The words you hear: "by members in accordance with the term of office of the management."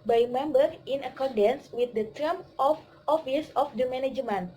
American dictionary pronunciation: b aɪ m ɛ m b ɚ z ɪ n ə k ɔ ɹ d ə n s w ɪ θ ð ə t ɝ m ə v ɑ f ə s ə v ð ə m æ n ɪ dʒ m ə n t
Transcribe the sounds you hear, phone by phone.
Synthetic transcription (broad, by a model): b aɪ m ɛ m b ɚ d ɪ n ə k ɔ ɹ d ə n s w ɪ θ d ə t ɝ m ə f ɑ f ə s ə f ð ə m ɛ n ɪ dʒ m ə n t